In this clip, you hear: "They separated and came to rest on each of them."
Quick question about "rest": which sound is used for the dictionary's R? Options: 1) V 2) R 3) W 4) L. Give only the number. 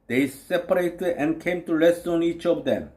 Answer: 4